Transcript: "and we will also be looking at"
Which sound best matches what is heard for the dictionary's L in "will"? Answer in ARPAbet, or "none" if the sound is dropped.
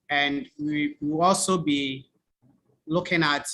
W